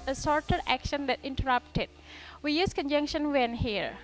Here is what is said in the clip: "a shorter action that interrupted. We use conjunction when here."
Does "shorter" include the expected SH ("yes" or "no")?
no